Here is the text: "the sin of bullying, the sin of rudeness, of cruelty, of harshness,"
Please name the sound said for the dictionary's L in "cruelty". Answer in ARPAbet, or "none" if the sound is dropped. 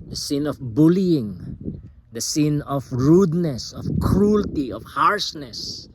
L